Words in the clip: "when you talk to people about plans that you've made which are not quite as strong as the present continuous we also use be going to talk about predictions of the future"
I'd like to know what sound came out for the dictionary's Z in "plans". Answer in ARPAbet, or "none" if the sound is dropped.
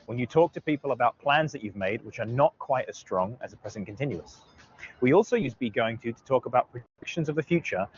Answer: Z